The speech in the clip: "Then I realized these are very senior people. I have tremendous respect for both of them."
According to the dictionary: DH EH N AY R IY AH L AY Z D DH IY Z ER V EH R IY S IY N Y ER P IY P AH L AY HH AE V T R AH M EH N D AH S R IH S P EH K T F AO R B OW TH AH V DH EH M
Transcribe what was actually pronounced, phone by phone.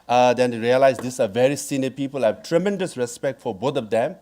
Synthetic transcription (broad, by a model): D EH N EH R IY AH L AY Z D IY S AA V EH R IY S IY N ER P IY P AH L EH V T R AH M EH N D AH S R IH S P EH K T F AO R B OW T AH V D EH M